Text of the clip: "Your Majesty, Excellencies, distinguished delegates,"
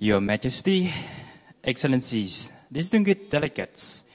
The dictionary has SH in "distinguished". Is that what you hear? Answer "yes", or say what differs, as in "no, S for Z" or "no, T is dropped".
no, SH is dropped